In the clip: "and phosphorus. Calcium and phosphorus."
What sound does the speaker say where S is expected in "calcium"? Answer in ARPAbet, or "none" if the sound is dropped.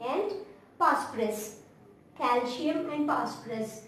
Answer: SH